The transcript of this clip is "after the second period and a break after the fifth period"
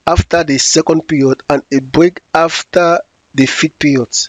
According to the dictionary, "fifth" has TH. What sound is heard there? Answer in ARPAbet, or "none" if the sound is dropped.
T